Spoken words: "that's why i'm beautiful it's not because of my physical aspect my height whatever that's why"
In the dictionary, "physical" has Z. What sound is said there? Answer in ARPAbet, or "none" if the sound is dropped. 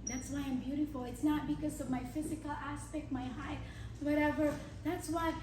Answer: Z